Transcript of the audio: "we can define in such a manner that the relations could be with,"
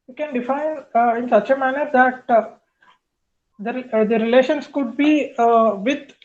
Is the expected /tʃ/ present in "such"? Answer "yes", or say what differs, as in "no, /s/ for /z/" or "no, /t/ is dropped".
yes